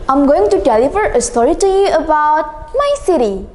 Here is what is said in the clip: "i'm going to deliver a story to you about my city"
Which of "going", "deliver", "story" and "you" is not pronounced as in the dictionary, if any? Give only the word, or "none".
deliver